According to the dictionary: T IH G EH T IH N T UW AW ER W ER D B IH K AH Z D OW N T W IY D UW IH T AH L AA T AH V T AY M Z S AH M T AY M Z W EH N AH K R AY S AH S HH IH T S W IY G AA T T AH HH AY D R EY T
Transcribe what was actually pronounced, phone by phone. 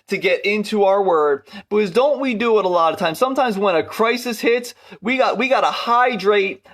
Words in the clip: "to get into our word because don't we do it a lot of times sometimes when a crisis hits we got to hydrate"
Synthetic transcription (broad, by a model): T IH G EH T IH N T UW AW ER W ER D B IH K AH Z D OW N T W IY D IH IH T AH L AA T AH V T AY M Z S AH M T AY M Z W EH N AH K R AY S AH S HH IH T S W IY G AA T T AH HH AY D R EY T